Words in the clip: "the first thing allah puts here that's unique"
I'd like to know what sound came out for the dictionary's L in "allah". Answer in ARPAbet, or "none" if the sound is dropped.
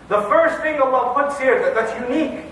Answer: W